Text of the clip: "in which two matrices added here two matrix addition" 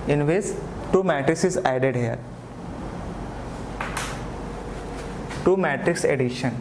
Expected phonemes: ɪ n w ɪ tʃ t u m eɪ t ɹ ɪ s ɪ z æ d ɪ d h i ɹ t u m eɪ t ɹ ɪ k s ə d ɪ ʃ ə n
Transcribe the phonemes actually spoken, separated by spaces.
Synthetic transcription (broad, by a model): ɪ n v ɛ s t u m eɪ t ɹ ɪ s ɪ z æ d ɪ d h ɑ l t u m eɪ t ɹ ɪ k s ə d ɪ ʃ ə n